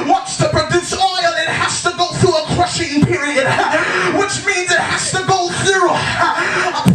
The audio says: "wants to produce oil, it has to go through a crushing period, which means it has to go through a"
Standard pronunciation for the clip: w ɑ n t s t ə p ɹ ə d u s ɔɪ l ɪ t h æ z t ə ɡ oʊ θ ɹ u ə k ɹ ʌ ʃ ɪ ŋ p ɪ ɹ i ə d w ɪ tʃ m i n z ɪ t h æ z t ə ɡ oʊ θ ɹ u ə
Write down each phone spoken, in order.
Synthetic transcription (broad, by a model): w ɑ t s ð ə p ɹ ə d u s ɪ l ɪ t h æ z t ə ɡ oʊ θ ɹ u ə k ɹ ʌ ʃ ɪ ŋ p ɪ ɹ i ə d w ɪ tʃ m i n z ɪ t h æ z t ə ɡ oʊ θ ɹ u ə